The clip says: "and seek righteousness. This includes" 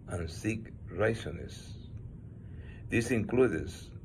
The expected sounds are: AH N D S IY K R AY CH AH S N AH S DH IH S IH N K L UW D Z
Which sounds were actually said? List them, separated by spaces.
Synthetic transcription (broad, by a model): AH N S IY K R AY S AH N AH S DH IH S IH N K L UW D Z